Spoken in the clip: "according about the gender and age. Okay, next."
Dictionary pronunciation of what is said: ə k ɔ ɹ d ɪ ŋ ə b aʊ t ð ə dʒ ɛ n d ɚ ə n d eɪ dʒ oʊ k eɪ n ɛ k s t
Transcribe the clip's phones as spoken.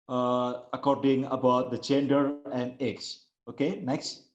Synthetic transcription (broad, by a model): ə k ɔ ɹ d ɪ ŋ ə b aʊ t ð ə tʃ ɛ n d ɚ ə n d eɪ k oʊ k eɪ n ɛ k s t